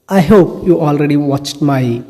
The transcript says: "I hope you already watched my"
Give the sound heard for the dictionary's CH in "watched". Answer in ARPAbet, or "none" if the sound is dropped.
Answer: CH